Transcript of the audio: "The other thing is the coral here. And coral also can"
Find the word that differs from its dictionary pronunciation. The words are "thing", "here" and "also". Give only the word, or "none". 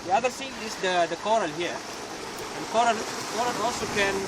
thing